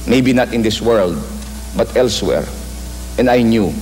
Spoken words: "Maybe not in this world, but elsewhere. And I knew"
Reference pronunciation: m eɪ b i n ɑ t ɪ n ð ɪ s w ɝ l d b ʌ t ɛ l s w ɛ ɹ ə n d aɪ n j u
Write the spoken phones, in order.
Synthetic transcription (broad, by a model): m eɪ b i n ɑ t ɪ n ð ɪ s w ɝ l d b ʌ t ɛ l s w ɛ ɹ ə n aɪ n j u